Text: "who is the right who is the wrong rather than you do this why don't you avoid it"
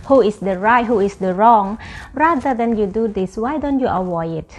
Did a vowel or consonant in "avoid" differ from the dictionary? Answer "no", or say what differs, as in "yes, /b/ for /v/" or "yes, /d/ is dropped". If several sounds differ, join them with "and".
yes, /d/ is dropped